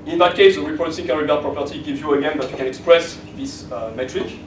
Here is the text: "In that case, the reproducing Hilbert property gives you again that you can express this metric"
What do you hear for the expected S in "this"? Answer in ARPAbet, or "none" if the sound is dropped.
S